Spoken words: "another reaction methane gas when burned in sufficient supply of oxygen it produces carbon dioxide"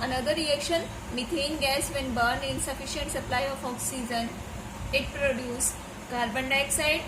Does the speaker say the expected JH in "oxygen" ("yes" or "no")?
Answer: no